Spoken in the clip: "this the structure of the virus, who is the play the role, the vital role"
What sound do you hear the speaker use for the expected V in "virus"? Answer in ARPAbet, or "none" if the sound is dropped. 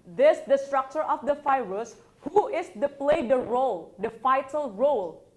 F